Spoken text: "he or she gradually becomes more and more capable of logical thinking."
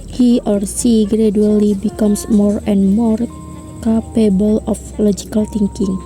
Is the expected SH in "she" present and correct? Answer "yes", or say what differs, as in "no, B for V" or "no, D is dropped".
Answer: no, S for SH